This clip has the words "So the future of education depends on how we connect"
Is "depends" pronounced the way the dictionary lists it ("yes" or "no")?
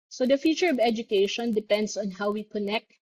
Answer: no